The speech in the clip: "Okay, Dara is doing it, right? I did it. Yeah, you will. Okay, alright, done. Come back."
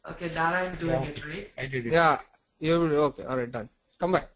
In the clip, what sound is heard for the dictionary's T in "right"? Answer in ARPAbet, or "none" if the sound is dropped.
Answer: none